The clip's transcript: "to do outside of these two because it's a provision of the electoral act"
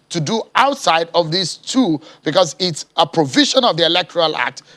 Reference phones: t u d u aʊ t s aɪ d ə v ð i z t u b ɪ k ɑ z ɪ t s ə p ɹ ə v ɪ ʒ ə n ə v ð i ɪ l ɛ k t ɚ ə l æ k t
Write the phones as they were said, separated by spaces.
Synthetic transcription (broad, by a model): t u d u aʊ t s aɪ d ə v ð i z t u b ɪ k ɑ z ɪ t s ə p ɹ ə v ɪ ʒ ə n ə v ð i ɪ l ɛ k t ɚ ə l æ k t